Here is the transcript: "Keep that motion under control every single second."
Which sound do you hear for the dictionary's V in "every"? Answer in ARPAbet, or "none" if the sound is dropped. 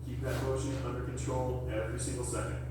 V